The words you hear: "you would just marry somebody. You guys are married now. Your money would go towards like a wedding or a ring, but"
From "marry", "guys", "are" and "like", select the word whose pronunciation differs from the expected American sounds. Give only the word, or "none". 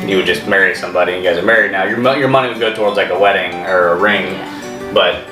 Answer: none